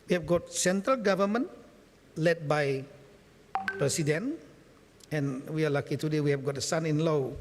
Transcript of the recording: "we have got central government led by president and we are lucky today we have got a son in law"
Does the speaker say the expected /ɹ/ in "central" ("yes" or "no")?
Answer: yes